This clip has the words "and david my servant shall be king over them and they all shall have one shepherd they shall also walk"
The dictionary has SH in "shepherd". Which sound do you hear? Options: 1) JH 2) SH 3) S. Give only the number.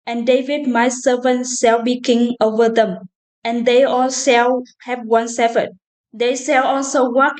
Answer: 3